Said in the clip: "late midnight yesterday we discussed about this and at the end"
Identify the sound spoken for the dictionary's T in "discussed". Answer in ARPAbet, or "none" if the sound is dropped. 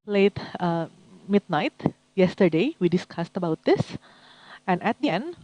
T